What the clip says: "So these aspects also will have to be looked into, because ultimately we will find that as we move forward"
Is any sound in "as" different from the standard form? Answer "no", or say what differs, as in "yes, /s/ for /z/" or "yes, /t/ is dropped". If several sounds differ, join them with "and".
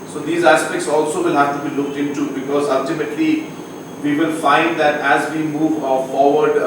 no